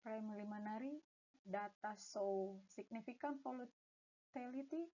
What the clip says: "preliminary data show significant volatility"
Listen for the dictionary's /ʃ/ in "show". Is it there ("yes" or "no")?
no